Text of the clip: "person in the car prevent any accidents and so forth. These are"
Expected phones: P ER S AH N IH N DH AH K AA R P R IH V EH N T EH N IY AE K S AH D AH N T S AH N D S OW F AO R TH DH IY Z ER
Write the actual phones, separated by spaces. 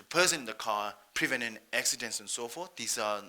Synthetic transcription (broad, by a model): P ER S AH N IH N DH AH K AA P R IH V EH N EH N AE K S AH D AH N T S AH N S OW F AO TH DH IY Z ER